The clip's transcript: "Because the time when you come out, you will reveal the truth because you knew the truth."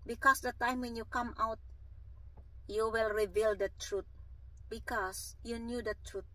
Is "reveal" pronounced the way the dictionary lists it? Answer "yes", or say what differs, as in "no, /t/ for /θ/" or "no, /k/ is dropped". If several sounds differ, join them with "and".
yes